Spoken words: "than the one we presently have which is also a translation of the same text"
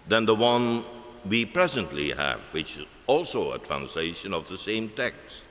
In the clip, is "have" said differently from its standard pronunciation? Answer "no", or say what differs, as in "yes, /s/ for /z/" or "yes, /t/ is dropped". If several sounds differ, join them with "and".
no